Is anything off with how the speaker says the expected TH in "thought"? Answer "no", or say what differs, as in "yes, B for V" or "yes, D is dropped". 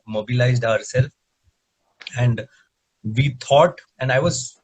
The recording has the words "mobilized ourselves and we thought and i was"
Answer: yes, T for TH